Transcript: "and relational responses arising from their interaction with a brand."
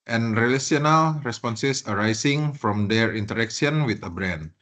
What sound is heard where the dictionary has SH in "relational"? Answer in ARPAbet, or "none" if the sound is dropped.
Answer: S